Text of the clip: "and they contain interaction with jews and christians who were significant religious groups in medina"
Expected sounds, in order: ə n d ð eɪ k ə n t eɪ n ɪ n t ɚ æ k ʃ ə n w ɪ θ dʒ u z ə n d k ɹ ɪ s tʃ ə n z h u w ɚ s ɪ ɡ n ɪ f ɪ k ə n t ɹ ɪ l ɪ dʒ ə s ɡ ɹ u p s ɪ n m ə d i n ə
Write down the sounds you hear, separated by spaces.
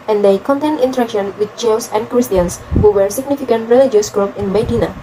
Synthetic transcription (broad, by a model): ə n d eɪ k ə n t eɪ n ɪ n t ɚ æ k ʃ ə n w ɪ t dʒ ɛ s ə n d k ɹ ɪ s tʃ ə n s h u w ɚ s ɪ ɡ n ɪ f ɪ k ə n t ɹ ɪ l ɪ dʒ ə s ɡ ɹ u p ɪ n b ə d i n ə